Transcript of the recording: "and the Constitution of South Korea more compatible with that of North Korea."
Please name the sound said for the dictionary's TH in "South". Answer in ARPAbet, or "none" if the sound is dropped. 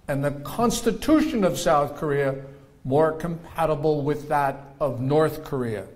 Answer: TH